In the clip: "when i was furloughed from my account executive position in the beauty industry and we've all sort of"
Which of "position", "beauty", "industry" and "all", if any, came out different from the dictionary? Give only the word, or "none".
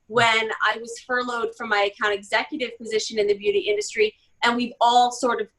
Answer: none